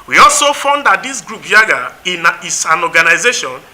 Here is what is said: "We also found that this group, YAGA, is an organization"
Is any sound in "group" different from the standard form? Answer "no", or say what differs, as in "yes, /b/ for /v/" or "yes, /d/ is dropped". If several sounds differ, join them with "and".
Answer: no